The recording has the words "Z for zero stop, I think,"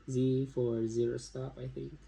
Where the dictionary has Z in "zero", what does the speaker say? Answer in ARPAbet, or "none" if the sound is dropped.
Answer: Z